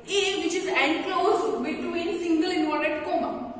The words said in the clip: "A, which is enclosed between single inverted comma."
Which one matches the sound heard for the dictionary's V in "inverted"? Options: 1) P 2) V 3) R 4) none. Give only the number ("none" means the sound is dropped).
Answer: 4